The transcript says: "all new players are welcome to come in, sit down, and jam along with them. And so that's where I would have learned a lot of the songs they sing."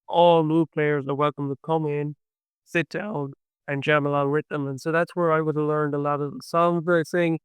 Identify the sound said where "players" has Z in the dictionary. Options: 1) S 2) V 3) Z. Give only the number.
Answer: 3